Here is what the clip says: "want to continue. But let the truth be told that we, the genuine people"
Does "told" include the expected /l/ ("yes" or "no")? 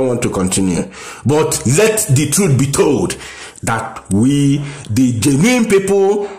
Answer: yes